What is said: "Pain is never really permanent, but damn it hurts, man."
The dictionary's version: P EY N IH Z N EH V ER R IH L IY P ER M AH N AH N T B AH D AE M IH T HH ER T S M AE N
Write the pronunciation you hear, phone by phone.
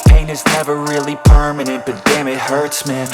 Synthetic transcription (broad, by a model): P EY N IH Z N EH V ER R IH L IY P ER M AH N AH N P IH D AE M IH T HH ER T S M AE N